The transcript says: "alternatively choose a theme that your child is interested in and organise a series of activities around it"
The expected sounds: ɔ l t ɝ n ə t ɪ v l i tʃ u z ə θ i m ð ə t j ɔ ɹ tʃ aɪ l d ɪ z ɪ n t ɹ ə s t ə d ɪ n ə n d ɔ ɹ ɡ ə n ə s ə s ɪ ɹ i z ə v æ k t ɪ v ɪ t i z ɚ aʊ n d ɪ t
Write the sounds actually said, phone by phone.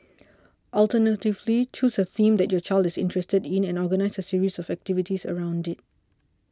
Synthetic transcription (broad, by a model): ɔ l t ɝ n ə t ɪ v l i tʃ u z ə θ i m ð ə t j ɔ tʃ aɪ l d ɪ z ɪ n t ɹ ə s t ə d ɪ n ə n ɔ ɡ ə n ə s ə s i ɹ i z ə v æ k t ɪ v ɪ t i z ɚ aʊ n d ɪ t